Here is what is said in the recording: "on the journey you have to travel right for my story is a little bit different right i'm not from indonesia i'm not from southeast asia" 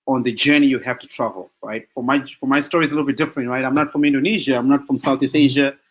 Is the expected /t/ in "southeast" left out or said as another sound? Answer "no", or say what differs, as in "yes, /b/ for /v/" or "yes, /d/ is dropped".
yes, /t/ is dropped